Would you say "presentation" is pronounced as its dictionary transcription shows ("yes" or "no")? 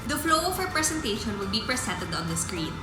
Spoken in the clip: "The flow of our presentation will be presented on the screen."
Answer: no